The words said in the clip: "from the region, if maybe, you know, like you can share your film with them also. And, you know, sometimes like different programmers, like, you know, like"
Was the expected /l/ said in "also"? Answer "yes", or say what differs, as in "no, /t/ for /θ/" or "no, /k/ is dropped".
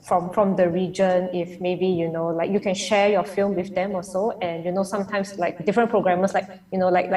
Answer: no, /l/ is dropped